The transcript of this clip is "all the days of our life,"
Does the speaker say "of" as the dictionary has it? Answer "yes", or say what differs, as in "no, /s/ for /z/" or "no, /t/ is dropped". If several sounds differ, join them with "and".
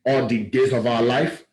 yes